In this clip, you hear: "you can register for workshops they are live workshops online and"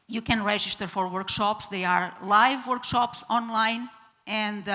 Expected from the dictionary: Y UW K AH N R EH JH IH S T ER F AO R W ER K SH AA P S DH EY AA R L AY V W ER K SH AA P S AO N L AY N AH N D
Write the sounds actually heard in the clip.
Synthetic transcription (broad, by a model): Y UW K AH N R EH JH IH S T ER F AO R W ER K SH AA P S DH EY AA R L AY V W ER K SH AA P S AO N L AY N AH N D